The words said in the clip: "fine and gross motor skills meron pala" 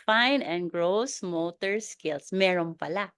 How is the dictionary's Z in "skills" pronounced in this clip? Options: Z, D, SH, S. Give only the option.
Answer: S